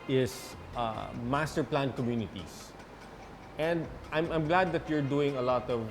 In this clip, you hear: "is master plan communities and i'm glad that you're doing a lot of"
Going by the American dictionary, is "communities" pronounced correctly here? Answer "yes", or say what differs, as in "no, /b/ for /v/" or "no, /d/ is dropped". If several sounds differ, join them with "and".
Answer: no, /s/ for /z/